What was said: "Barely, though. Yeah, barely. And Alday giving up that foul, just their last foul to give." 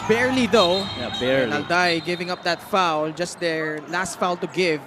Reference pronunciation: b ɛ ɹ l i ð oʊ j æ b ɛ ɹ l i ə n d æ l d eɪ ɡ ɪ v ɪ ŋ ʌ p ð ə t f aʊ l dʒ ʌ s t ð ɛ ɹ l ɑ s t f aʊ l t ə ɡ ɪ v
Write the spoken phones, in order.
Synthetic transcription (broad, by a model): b ɛ ɹ l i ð oʊ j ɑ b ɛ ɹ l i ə l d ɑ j ɡ ɪ v ɪ ŋ ʌ p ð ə t f aʊ l dʒ ʌ s t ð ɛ ɹ l ɑ s t f aʊ l t ə ɡ ɪ v